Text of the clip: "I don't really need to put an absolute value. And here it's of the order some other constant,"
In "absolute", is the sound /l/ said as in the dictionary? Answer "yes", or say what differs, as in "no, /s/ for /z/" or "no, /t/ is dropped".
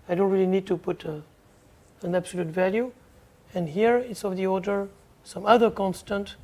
yes